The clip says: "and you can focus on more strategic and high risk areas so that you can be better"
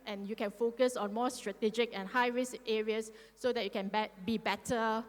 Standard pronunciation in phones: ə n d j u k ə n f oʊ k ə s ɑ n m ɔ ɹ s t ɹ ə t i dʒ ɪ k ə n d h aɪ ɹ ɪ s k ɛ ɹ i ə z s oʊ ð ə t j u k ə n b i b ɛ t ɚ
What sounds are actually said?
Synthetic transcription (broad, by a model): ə n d j u k ə n f oʊ k ə s ɑ n m ɔ s t ɹ ə t i dʒ ɪ k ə n h aɪ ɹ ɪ s ɛ ɹ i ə s oʊ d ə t j u k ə n b i b ɛ t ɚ